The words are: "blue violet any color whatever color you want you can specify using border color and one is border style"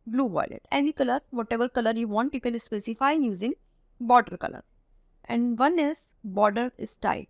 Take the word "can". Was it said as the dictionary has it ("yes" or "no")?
no